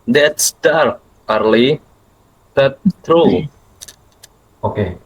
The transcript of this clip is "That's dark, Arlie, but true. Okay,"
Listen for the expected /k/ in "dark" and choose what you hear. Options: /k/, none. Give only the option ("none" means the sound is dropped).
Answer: none